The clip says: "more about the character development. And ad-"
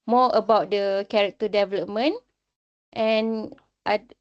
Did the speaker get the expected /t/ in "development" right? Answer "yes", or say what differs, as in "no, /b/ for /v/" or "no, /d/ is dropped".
yes